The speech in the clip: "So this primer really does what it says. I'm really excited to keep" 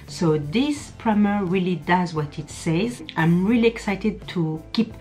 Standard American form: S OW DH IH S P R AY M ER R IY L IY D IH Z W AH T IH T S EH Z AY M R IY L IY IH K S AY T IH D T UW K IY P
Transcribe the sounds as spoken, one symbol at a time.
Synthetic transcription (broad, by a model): S OW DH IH S P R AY M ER R IY L IY D IH Z W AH T IH T S EH Z AY M R IY L IY IH K S AY T IH D T UW K IY P